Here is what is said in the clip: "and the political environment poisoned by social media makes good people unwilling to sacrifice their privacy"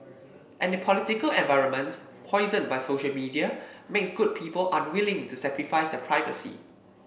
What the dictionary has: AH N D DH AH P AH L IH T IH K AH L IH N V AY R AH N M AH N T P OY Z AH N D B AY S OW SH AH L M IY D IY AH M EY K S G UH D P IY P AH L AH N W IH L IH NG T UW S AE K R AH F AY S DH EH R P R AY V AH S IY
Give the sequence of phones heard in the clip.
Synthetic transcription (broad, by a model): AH N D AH P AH L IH T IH K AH L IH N V AY R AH N M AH N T P OY Z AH N B AY S OW SH AH L M IY D IY AH M EY K S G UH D P IY P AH L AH N W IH L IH NG T UW S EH K R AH F AY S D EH P R AY V AH S IY